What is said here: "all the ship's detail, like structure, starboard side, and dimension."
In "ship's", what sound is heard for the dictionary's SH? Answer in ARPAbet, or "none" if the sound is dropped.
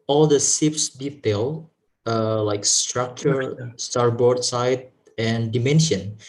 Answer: S